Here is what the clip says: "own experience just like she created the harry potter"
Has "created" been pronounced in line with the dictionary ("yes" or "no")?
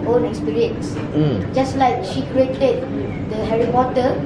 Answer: yes